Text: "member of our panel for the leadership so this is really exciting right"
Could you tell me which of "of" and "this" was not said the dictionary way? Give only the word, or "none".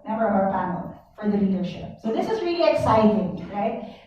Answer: of